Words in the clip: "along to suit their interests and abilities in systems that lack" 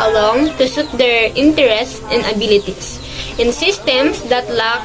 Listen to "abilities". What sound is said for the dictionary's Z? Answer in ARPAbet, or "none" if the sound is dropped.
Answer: S